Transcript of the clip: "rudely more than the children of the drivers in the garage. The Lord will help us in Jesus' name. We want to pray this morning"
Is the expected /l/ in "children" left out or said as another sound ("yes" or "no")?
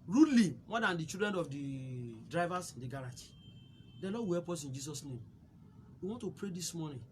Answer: yes